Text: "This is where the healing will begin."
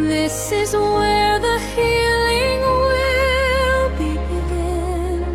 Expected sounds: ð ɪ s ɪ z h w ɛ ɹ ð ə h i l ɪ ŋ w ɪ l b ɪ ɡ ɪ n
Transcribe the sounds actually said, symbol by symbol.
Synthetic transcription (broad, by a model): ð ɪ s ɪ z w w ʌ ɹ ð ə h i l ɪ ŋ w ɪ l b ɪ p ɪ